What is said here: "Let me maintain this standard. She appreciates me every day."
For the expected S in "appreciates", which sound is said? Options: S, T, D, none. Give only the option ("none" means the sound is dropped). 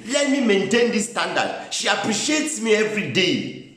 S